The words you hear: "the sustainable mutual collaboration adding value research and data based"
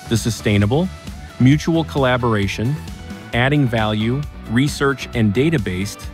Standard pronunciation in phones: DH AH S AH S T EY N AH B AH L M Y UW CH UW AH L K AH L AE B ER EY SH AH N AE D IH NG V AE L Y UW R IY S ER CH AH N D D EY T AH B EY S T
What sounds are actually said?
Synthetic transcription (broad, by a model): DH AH S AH S T EY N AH B L M Y UW CH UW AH L K AH L AE B ER EY SH AH N AE D IH NG V AE L Y UW R IY S ER CH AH N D D EY T AH B EY S T